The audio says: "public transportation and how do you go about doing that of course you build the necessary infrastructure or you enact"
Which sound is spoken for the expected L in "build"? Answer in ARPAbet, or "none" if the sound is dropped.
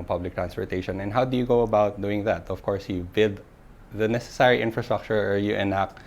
none